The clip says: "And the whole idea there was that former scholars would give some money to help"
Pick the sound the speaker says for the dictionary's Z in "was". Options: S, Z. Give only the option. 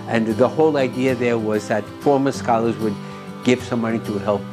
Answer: Z